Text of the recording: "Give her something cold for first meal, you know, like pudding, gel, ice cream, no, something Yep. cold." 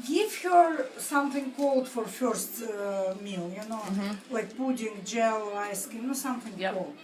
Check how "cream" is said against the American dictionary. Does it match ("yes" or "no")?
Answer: no